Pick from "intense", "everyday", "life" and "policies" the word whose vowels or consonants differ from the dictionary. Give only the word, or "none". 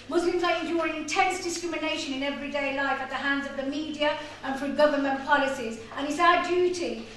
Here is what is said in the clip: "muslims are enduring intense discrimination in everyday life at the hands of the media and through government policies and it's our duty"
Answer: none